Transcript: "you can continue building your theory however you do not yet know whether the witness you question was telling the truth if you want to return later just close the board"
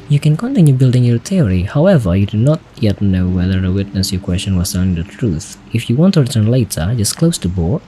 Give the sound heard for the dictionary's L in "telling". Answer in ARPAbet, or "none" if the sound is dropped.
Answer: N